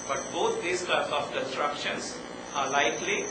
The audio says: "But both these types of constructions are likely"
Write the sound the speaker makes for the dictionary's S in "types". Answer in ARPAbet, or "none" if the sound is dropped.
none